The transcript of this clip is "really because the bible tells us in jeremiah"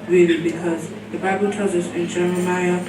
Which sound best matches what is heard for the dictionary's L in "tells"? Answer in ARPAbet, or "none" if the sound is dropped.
none